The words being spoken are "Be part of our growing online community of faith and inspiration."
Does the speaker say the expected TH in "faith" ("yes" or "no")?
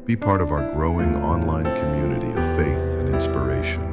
yes